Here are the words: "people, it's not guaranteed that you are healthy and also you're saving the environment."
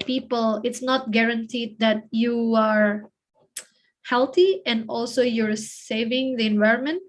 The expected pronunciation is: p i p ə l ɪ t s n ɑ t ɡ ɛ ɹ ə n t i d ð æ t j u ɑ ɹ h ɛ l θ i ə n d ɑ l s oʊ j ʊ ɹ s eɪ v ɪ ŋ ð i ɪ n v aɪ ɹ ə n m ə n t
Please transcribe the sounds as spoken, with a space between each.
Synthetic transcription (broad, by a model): p i p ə l ɪ t s n ɑ t ɡ ɛ ɹ ə n t i d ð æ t j u ɑ ɹ h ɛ l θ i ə n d ɑ l s oʊ j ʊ ɹ s eɪ v ɪ ŋ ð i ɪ n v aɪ ɹ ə n m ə n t